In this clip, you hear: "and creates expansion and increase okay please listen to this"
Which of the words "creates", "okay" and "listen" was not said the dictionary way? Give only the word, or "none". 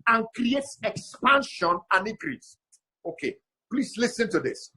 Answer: none